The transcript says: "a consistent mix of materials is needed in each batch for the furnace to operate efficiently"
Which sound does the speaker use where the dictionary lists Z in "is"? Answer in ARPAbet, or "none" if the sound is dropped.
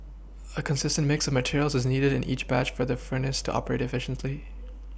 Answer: Z